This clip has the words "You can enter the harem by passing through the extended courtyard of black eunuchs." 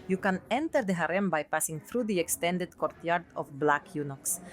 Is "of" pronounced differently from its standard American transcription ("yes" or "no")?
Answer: yes